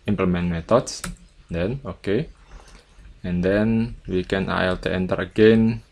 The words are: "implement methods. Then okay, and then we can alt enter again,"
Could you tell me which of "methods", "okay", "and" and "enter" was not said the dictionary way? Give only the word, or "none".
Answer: methods